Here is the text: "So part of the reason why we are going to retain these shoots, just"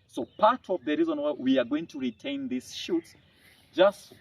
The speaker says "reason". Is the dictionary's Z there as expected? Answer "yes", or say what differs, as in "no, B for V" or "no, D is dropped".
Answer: yes